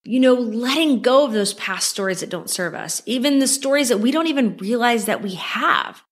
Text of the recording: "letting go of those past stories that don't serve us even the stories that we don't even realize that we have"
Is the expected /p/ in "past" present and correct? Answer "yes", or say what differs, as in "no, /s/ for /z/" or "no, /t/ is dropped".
yes